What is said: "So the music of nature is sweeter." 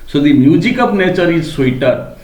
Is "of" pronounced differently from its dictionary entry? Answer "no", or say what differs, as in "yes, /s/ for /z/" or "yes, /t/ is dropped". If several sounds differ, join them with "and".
yes, /p/ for /v/